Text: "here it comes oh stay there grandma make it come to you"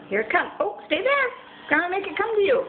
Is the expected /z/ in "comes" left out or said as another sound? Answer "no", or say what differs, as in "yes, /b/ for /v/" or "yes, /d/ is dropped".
yes, /z/ is dropped